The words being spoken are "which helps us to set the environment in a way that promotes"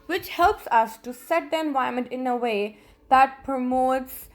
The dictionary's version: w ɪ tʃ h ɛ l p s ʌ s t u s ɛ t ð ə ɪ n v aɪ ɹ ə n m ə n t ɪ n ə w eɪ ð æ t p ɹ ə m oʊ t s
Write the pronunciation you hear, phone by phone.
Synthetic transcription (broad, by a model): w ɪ tʃ h ɛ l p s ʌ s t u s ɛ t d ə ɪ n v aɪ ə m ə n t ɪ n ə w eɪ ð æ t p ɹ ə m oʊ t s